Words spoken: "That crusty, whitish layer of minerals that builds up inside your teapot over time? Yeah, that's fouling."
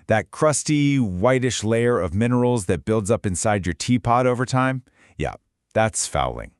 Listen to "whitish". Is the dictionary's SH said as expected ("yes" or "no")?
yes